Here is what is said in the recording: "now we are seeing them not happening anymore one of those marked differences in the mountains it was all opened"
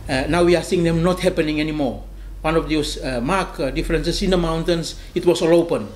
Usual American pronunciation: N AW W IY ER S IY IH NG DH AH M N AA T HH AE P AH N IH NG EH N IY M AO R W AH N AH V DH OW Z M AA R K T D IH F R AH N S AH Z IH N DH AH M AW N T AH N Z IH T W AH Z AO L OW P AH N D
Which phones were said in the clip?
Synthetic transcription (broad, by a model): N AW W IY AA S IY NG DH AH M N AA T HH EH P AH N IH NG EH N IY M AO R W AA N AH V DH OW S M AA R K D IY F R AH N S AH S IH N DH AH M AW N T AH N S IH T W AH S AO L OW P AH N